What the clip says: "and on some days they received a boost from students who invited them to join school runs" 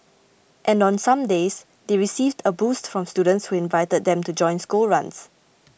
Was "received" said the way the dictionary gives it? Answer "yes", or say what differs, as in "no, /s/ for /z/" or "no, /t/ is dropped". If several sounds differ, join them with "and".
yes